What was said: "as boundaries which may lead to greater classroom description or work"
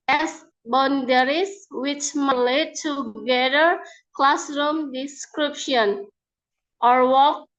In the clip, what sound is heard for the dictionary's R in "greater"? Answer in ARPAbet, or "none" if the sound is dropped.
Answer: none